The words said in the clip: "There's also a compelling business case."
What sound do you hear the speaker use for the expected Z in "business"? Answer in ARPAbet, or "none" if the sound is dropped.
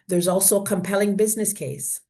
Z